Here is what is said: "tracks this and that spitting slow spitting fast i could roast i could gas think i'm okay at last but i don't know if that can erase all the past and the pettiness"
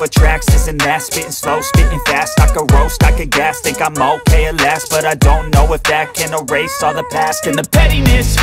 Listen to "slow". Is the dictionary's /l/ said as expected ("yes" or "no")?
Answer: yes